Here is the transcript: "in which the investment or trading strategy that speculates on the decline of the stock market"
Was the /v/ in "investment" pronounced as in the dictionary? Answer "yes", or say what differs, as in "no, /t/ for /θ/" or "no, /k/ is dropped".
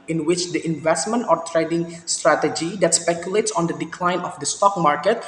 yes